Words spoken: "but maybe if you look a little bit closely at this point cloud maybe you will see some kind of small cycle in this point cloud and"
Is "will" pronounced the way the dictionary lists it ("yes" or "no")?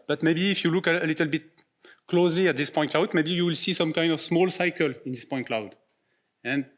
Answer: yes